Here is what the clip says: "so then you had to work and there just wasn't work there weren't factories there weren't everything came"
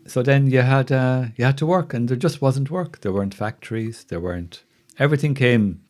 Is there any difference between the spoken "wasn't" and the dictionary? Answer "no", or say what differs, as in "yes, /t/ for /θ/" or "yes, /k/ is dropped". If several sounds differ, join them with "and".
no